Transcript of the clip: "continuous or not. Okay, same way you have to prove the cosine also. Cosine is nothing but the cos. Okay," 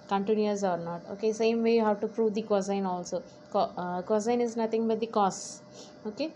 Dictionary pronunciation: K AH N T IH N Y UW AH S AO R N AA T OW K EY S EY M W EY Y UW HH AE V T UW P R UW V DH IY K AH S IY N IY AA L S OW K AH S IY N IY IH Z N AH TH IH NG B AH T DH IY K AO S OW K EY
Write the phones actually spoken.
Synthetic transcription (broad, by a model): K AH N T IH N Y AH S AO R N AA T OW K EY S EY M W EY Y UW HH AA W T UW P R UW V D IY K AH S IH N AA L S OW K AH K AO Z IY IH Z N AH T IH NG B AH T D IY K AO S OW K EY